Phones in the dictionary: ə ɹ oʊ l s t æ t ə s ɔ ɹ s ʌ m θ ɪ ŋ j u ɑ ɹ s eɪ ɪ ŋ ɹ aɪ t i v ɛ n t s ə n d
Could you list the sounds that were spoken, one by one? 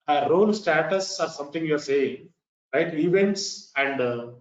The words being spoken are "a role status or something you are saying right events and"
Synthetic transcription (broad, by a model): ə ɹ oʊ l s t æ t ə s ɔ ɹ s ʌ m t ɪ ŋ j u ɑ ɹ s eɪ ɪ ŋ ɹ aɪ t i v ɛ n t s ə n d